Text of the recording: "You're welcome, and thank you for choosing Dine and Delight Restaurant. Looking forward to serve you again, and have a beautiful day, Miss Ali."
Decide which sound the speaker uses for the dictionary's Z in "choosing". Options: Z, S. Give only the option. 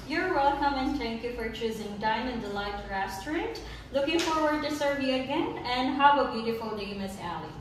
Z